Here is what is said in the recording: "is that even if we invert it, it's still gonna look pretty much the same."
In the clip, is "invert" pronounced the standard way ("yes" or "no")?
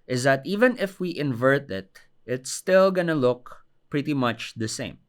yes